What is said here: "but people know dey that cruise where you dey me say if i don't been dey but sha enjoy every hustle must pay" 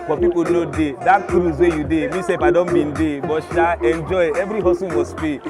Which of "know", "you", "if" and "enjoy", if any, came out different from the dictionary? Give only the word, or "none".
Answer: if